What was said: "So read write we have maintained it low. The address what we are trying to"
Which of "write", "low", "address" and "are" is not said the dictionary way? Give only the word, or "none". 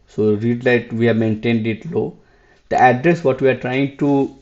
write